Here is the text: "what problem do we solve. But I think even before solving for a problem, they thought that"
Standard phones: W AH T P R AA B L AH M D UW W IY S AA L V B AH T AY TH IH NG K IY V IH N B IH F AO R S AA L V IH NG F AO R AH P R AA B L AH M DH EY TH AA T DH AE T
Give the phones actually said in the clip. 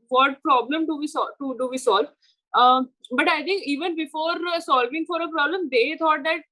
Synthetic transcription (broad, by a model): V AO T P R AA B L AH M D UW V IY S AA L V B AH T AY T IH NG K IY V IH N B IH F AO R S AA L V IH NG F AO R AH P R AA B L AH M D EY T AA T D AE T